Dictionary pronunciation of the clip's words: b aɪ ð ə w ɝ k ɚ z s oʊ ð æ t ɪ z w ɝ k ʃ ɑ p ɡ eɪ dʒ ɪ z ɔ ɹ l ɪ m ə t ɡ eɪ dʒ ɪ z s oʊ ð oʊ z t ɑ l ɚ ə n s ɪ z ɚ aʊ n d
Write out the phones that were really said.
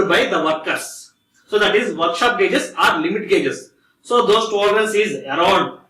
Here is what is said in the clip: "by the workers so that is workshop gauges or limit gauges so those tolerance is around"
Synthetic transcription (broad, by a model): b aɪ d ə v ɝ k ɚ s s oʊ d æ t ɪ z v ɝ k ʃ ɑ p ɡ eɪ dʒ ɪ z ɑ ɹ l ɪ m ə t ɡ eɪ dʒ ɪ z s oʊ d oʊ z t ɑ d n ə l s ɪ z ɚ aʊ n d